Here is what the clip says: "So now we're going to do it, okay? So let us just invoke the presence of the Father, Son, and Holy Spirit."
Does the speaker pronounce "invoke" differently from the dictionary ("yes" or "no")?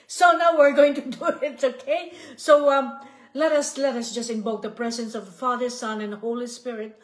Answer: yes